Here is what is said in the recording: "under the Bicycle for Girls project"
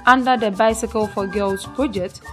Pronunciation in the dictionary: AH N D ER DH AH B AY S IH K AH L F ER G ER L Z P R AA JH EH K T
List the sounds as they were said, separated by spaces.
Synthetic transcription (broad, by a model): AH N D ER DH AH B AY S IH K AH L F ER G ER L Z P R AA JH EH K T